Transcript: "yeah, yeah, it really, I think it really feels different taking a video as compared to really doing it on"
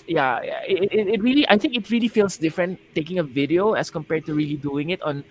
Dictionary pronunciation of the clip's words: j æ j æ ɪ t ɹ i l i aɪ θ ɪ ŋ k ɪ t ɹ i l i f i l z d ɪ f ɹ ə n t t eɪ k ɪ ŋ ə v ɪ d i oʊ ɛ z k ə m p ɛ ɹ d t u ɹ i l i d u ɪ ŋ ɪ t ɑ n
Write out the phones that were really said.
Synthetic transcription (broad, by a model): j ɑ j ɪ ɪ t ɹ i l i aɪ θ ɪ ŋ k ɪ t ɹ i l i f i l s d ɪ f ɹ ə n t t eɪ k ɪ ŋ ə v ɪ d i oʊ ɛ s k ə m p ɛ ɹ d t u ɹ i l i d u ɪ ŋ ɪ t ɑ n